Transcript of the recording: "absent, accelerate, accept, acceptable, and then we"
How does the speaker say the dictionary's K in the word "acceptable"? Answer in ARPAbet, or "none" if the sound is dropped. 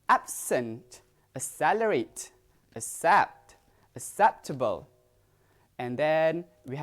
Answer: none